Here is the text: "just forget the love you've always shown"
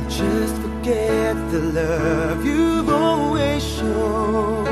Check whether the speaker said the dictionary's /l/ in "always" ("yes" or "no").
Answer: no